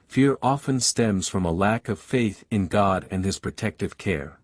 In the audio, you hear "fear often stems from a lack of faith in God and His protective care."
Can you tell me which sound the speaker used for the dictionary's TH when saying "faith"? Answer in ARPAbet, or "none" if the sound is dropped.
TH